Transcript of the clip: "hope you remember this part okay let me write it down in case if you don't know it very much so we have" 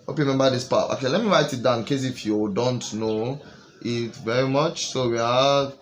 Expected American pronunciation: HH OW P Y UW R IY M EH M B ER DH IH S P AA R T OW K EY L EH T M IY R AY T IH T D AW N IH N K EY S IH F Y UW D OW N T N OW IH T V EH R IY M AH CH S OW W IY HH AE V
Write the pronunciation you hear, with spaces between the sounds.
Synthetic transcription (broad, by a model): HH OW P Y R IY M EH M B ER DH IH S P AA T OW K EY L EH T M IY R AY T IH T D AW IH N K EY S IH F Y UW D OW N T N OW IH T V EH R IY M AH CH S OW W IY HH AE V